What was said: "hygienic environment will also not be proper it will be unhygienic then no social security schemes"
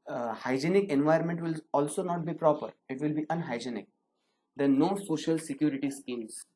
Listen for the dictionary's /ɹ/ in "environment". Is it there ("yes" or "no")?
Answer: no